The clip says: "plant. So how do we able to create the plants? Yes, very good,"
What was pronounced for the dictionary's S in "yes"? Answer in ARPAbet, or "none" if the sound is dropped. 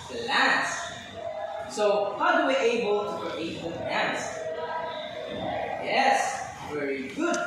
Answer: S